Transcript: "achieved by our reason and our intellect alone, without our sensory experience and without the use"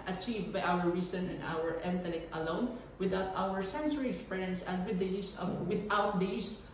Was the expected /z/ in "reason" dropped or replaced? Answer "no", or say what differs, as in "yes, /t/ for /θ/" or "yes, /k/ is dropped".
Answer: yes, /s/ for /z/